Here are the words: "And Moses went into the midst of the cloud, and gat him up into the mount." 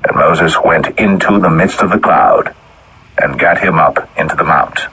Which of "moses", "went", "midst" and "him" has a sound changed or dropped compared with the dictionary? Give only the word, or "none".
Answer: none